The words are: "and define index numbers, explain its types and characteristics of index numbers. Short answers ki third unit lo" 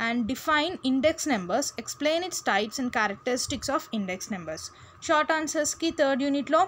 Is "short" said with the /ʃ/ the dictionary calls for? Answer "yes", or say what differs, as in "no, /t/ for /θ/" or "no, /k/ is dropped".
yes